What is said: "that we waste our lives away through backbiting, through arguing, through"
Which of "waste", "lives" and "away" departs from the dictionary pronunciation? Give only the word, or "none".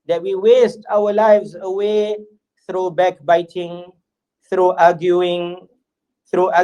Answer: none